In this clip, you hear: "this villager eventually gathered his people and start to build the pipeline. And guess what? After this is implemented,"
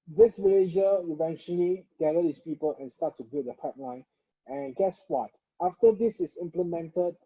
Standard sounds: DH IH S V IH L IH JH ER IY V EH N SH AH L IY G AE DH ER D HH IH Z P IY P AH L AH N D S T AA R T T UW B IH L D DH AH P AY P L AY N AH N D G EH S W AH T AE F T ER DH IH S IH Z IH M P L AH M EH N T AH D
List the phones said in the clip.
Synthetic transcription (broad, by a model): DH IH S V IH L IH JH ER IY V EH N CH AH L IY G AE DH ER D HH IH S P IY P AH L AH N S T AA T T UW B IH D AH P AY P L AY N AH N G EH S W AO T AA F T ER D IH S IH S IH M P L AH M EH N T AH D